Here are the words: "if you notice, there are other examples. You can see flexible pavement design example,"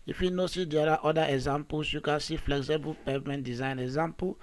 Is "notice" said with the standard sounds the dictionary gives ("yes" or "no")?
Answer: no